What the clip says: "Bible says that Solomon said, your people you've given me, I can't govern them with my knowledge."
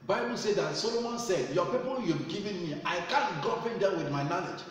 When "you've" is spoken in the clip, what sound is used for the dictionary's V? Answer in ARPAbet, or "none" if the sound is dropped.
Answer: B